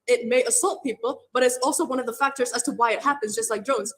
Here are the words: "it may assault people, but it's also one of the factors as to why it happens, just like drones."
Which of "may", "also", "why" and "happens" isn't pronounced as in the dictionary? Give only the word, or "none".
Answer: none